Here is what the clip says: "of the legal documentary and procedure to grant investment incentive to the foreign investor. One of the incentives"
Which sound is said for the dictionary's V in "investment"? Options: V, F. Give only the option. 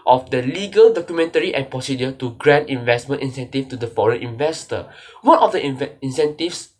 V